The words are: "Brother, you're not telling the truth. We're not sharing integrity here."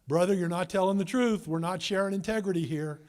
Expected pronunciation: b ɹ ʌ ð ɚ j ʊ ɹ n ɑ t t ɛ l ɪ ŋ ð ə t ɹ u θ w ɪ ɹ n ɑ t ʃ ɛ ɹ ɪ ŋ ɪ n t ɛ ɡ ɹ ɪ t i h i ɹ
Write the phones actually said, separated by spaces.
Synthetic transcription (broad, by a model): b ɹ ʌ ð ɚ j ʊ ɹ n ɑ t t ɛ l ɪ ŋ ð ə t ɹ u θ w ɪ ɹ n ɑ t ʃ ɛ ɹ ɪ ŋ ɪ n t ɛ ɡ ɹ ɪ t i h i ɹ